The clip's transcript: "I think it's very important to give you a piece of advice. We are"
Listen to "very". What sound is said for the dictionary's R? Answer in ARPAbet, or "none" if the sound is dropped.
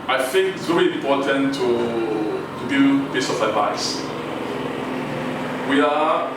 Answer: L